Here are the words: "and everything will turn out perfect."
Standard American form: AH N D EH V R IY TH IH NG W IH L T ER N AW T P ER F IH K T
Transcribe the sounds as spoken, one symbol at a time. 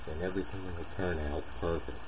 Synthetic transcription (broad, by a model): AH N EH V R IY TH IH NG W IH N T ER N AW T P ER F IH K